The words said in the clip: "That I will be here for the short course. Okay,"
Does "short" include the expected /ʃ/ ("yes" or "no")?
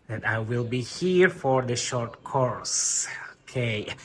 yes